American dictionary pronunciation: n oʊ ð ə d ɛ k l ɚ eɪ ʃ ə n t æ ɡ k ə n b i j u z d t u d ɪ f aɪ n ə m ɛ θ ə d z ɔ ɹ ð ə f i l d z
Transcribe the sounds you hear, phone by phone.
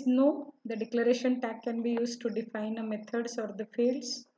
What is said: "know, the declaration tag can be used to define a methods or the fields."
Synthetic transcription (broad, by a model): n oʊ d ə d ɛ k l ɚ eɪ ʃ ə n t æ k ə n b i j u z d t u d ɪ f aɪ n ə m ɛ t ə d s ɔ ɹ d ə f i l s